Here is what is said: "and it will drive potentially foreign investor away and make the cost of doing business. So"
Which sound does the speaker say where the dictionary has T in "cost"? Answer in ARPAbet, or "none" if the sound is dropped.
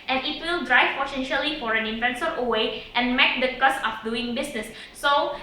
none